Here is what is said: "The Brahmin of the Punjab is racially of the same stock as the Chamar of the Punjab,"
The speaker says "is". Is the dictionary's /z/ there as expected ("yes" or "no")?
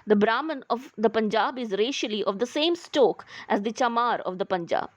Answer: yes